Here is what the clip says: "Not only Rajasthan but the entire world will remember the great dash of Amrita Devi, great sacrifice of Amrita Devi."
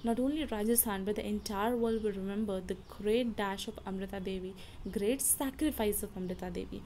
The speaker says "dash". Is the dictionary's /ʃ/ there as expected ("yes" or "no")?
yes